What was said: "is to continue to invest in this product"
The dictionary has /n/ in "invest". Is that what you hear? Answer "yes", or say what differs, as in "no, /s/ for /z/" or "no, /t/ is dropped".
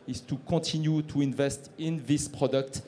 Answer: yes